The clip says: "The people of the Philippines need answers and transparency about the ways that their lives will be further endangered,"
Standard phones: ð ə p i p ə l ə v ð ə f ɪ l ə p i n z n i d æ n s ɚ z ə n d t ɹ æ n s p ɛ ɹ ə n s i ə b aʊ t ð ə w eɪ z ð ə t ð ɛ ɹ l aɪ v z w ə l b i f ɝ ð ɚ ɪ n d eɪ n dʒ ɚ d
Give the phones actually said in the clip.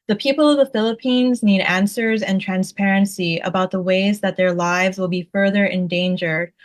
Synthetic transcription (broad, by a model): ð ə p i p l ə v ð ə f ɪ l ə p i n z n i d æ n s ɚ z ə n t ɹ æ n s p ɛ ɹ ə n s i ə b aʊ t ð ə w eɪ z ð ə t ð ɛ ɹ l aɪ v z w ə l b i f ɝ ð ɚ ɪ n d eɪ n dʒ ɚ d